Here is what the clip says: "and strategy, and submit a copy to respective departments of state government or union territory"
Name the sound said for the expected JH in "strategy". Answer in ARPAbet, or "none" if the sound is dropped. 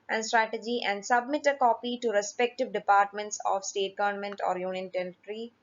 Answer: JH